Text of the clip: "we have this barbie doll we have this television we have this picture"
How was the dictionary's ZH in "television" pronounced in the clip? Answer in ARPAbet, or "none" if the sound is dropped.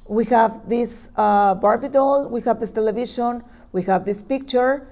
SH